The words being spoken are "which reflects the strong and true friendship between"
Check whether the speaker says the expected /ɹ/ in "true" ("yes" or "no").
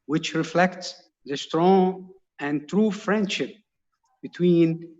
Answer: yes